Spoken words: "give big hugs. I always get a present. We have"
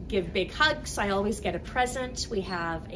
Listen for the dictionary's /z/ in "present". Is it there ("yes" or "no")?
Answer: yes